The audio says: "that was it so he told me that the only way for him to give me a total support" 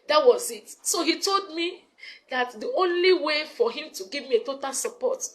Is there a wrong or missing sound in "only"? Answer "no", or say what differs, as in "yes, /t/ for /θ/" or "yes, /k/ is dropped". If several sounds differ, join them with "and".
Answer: no